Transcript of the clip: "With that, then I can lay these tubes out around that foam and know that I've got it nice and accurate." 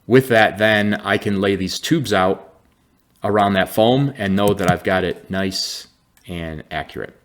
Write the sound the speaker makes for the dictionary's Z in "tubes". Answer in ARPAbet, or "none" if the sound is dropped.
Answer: Z